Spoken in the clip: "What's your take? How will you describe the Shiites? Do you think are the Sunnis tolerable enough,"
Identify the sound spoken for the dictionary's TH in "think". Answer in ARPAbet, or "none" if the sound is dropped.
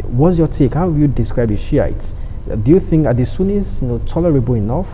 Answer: TH